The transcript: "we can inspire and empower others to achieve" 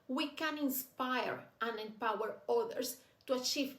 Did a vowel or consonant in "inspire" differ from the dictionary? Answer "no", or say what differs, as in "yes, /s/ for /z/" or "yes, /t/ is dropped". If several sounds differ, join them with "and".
no